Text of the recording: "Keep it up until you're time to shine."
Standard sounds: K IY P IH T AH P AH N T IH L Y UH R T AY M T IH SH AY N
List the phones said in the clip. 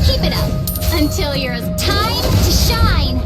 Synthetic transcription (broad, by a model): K IY P IH T AH P AH N T IH L Y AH R T AY M T IH SH AY N